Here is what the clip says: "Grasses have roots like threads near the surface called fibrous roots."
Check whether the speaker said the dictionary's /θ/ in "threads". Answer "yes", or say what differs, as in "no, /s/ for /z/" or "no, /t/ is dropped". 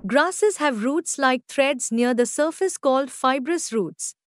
no, /t/ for /θ/